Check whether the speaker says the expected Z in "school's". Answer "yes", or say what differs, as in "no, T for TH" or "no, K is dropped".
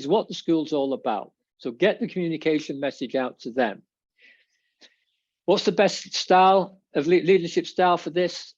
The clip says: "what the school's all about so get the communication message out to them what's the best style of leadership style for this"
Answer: yes